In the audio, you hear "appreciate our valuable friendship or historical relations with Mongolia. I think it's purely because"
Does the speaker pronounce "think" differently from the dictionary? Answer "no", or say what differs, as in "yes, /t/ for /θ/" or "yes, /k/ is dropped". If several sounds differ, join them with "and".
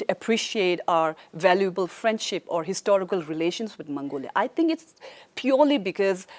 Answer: yes, /t/ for /θ/